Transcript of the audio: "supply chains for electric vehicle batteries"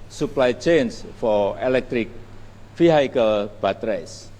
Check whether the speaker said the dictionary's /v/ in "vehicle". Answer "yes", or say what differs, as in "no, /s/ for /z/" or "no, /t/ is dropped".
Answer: no, /f/ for /v/